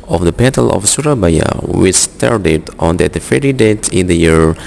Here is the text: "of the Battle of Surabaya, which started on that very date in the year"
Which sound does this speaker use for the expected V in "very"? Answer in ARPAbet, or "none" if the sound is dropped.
F